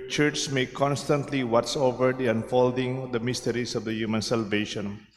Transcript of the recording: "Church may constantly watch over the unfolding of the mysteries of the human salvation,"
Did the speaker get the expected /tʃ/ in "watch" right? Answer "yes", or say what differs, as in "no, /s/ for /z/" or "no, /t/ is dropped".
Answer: no, /s/ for /tʃ/